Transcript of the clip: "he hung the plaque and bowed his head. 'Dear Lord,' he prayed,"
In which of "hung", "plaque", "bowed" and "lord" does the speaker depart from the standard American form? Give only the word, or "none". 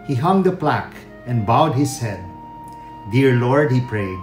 none